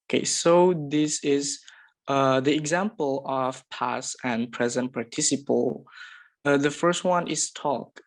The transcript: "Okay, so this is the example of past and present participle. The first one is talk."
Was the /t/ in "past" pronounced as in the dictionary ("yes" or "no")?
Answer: no